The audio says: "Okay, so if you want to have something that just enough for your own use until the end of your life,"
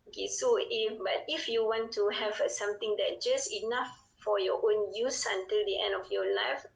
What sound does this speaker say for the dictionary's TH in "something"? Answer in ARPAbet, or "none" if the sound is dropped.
T